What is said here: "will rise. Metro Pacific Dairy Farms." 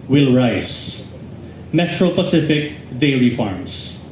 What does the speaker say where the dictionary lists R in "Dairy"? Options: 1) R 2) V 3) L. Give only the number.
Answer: 3